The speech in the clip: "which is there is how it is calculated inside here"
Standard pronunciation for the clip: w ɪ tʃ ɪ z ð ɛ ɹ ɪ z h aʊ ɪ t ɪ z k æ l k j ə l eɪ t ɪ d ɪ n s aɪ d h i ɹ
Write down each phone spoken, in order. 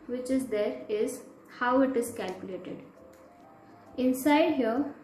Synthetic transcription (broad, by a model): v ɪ tʃ ɪ z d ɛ ɹ ɪ z h aʊ ɪ t ɪ z k æ l k j ə l eɪ t ɪ d ɪ n s aɪ d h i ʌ